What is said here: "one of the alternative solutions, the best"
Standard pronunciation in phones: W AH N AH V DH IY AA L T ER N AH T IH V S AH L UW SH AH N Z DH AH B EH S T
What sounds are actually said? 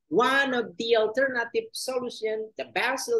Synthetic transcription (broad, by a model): W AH N AH V DH IY AA L T ER N AH T IH V S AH L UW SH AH N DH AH B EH S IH